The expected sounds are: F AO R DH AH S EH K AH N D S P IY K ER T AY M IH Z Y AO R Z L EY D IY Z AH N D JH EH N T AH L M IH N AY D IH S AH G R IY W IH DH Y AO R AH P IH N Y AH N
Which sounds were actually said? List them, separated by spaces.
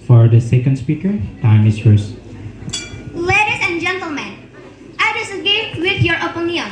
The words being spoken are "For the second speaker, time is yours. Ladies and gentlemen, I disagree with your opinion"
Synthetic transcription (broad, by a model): F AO R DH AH S EH K AH N D S P IY K ER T AY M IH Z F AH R S L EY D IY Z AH N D JH EH N T AH L M IH N AY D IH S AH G IY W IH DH Y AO R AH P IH N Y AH N